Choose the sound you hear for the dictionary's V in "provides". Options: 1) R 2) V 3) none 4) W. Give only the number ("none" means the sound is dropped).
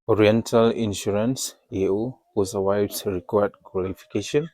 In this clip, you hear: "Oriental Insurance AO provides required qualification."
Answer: 4